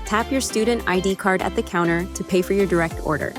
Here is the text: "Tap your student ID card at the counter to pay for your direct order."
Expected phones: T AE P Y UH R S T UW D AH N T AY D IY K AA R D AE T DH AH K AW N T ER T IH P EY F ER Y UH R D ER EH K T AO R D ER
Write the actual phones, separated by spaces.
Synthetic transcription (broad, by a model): T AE P Y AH R S T UW D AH N T AY D IY K AA R D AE T DH AH K AW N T ER T IH P EY F ER Y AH R D ER EH K T AO R D ER